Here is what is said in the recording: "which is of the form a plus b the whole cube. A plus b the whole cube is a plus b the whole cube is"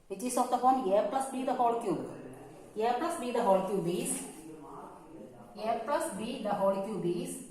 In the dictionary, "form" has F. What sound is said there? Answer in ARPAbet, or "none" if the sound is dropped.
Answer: P